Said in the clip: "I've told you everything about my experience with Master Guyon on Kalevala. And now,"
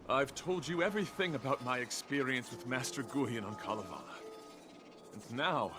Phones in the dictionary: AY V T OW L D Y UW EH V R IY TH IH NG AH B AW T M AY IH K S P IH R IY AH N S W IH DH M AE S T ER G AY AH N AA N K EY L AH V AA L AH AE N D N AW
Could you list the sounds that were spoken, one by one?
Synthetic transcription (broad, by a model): AY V T OW L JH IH EH V R IY TH IH NG AH B AW T M AY IH K S P IH R IY AH N S W IH DH M AE S T ER G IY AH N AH N K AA L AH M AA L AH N N AW